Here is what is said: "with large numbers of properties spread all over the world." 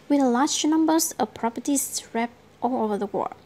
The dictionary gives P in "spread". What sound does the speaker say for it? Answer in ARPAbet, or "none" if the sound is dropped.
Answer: none